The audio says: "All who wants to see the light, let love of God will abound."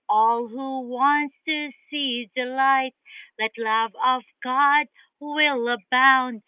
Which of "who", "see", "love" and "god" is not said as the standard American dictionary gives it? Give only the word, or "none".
none